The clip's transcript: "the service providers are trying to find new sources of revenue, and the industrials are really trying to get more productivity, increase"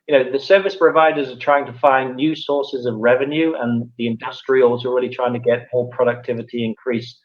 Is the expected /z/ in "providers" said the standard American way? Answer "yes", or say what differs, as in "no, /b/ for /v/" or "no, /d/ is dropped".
yes